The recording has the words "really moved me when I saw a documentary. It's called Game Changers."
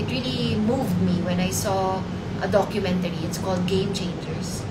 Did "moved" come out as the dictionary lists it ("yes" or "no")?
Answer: yes